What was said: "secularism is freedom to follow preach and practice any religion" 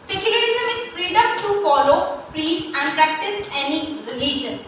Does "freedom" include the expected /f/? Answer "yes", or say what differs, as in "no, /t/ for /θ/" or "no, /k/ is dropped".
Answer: no, /p/ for /f/